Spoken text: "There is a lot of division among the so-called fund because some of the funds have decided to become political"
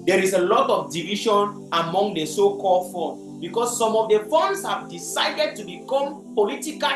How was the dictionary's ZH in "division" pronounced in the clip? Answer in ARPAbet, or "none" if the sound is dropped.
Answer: SH